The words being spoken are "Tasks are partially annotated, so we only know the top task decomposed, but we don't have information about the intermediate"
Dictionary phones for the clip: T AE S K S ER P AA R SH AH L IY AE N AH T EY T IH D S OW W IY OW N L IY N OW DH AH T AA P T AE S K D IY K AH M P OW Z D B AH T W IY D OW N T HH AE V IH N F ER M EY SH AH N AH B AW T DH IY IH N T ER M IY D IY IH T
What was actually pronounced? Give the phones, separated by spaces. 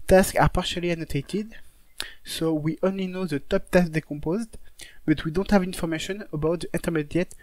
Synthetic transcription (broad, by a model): T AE S K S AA P AA R SH AH L IY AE N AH T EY T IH D S OW W IY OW N L IY N OW DH AH T AA P T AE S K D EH K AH M P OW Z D B AH T W IY D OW N T HH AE V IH N F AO M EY SH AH N AH B AW T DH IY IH N T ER M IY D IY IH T